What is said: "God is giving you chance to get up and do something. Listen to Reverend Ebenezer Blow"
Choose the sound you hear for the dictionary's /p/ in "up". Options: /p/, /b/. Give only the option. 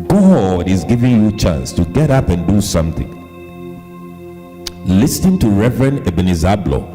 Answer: /p/